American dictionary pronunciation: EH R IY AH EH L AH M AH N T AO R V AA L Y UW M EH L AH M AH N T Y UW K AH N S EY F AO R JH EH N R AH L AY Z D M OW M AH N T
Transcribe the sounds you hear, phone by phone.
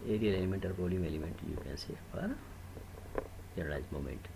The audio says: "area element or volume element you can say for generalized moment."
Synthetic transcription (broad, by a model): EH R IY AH EH L AH M AH N T AO R P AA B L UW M EH L AH M AH N T Y UW K AH N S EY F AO R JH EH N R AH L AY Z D M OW M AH N T